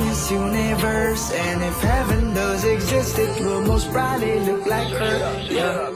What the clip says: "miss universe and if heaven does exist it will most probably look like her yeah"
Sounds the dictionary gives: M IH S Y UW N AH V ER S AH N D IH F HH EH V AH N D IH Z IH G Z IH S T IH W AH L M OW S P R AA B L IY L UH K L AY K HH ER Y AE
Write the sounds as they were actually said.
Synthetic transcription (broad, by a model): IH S Y UW N AH V ER S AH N IH F HH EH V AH N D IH Z IH G Z IH S T IH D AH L M OW S B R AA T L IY L UH K L AY K HH ER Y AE